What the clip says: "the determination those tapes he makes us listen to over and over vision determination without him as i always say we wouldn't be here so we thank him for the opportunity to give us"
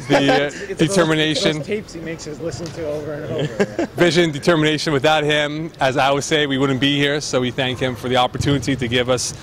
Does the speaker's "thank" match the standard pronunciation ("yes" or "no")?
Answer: yes